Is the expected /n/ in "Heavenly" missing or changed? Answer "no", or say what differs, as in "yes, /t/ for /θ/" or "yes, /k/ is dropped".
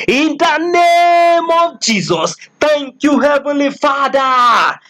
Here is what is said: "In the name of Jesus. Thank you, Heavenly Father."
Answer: yes, /n/ is dropped